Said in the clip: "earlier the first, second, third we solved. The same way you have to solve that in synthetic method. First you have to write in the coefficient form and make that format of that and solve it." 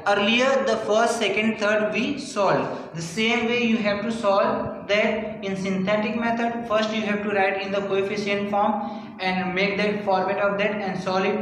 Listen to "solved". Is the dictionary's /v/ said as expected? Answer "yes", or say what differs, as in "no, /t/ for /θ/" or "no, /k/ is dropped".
no, /v/ is dropped